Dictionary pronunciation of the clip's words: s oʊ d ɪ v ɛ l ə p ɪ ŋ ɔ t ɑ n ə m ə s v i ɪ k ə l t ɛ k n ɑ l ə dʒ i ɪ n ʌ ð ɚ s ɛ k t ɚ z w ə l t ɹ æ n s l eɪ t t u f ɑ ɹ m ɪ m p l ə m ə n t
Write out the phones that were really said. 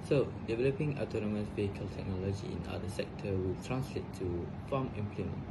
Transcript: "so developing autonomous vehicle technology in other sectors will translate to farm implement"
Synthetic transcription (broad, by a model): s oʊ d ɪ v ɛ l ə p ɪ ŋ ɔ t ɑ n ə m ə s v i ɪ k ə l t ɛ k n ɑ l ə dʒ i ɪ n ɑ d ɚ s ɛ k t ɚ w ə l t ɹ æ n s l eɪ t t u f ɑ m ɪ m p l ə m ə n